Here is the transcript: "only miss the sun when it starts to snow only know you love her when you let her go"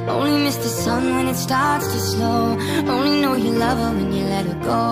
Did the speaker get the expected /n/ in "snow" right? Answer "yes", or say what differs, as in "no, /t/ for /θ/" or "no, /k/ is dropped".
no, /l/ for /n/